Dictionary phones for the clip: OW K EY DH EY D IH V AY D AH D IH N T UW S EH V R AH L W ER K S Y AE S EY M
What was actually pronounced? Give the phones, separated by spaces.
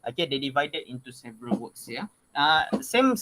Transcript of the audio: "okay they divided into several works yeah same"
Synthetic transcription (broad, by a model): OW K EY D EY D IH V AY D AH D IH N T UW S EH V R AH L W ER K S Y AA S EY M